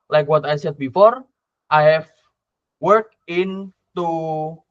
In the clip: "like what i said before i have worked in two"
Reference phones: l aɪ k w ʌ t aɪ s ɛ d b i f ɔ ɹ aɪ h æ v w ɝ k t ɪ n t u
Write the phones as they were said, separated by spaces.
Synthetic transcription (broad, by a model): l aɪ k w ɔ t aɪ s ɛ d b i f ɔ ɹ aɪ h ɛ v w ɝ k ɪ n t u